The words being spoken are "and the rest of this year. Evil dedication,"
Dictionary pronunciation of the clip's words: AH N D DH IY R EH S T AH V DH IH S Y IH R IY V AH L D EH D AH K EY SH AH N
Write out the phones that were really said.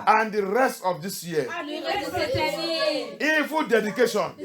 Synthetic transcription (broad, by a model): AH N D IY R EH S T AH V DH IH S Y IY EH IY F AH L D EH D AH K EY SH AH N